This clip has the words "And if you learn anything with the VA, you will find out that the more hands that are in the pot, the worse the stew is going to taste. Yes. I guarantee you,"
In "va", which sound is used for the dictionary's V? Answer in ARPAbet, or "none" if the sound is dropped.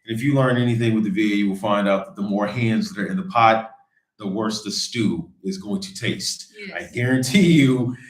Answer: V